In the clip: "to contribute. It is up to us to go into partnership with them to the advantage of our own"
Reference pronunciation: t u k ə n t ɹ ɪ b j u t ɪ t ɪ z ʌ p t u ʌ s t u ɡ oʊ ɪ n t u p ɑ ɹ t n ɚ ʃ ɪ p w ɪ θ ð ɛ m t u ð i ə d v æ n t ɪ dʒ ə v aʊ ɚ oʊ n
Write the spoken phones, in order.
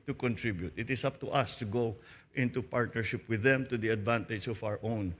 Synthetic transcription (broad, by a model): t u k ə n t ɹ ɪ b j u t ɪ t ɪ s ʌ p t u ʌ s t u ɡ oʊ ɪ n t u p ɑ ɹ t n ɚ ʃ ɪ p w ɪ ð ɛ m t u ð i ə d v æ n t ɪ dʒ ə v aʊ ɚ oʊ n